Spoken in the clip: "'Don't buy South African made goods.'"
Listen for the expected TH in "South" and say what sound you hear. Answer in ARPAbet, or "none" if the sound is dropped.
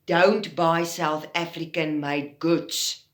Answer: TH